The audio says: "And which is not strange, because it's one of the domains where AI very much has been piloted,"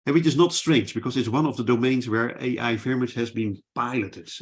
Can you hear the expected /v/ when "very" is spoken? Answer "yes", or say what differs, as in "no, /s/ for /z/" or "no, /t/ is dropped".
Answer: no, /f/ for /v/